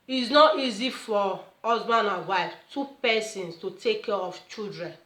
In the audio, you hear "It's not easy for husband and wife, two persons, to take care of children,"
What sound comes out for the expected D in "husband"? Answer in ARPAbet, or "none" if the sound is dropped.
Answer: none